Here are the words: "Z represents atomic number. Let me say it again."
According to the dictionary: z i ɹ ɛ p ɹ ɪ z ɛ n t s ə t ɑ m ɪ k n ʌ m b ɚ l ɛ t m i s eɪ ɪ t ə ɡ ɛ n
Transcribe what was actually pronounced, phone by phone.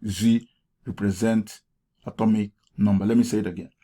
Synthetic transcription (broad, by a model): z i ɹ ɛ p ɹ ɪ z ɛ n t ə t ɑ m ɪ k n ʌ m b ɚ l ɛ t m i s eɪ ɪ t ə ɡ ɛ n